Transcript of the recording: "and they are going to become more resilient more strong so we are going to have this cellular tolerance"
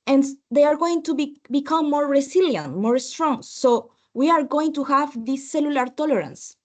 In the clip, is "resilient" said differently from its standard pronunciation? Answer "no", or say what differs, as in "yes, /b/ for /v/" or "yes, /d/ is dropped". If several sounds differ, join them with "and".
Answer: yes, /s/ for /z/